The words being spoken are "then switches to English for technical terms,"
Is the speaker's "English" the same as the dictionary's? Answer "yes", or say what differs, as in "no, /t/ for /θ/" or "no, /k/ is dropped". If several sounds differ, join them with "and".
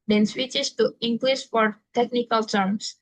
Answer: no, /s/ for /ʃ/